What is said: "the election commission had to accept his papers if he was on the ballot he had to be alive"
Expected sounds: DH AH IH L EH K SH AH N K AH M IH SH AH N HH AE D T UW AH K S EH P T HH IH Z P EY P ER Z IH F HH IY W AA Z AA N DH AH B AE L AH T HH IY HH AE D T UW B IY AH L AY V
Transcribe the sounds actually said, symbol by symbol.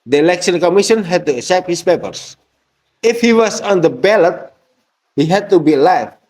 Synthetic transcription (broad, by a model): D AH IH L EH K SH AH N K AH M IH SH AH N HH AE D T UW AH S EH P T HH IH S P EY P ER S IH F HH IY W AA S AA N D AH B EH L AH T HH IY HH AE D T UW B IY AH L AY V